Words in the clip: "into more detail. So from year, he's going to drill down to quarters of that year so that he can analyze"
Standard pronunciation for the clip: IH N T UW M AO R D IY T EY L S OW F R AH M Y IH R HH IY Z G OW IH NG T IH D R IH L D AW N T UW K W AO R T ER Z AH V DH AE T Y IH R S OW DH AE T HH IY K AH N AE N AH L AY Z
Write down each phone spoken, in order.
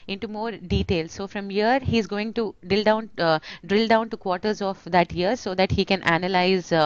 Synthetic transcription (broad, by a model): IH N T UW M AO R D IY T EY L S OW F R AH M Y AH R HH IY Z G OW IH NG T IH D R IH L D AW N T UW K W AO R T ER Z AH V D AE T Y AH R S OW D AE T HH IY K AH N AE N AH L AY Z